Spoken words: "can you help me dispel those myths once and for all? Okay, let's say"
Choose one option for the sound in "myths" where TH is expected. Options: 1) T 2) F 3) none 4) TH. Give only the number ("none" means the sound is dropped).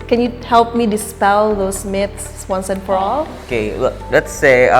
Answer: 1